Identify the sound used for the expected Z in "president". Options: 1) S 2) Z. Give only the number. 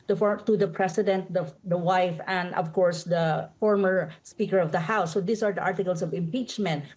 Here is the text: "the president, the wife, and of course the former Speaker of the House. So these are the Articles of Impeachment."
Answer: 1